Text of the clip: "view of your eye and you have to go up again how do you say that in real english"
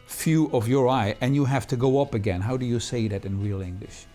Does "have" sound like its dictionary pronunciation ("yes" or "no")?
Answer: no